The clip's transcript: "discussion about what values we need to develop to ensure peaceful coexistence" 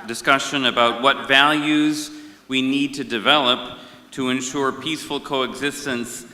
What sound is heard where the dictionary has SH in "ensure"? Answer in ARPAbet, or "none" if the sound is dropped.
SH